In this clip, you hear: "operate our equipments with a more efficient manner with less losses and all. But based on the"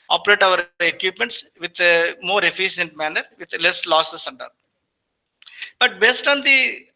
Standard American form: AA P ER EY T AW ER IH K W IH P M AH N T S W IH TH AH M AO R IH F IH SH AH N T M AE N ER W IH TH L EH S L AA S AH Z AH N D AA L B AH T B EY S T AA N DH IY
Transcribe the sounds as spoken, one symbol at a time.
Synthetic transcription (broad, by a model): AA P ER EY T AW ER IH K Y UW P M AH N T S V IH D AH M AO R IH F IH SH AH N T M AE N ER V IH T L EH S L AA S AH S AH N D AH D B AH T B EY S T AA N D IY